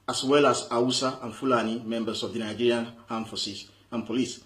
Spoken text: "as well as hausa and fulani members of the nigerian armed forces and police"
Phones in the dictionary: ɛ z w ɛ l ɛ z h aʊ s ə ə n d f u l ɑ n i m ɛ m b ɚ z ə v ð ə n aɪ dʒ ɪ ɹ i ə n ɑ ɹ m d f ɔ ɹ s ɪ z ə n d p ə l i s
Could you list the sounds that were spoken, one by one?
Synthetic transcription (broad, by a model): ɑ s w ɛ l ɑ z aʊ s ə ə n f u l ɑ n i m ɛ m b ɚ s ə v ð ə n aɪ dʒ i ɹ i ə n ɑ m f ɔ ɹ s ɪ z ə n p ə l i s